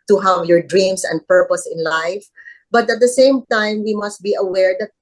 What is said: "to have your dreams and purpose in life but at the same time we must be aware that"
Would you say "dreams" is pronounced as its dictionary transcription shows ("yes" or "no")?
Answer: no